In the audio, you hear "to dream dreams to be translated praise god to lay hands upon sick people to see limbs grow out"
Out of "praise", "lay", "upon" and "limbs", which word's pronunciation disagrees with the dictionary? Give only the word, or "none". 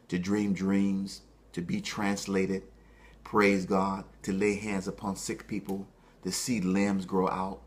none